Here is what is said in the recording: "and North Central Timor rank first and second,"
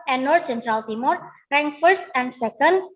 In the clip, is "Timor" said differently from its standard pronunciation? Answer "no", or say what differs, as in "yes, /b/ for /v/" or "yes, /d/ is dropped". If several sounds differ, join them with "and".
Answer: no